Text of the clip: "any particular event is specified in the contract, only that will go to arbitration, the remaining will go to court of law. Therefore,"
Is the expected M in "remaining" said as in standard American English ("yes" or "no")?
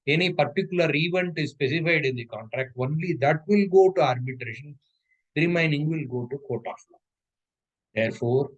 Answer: no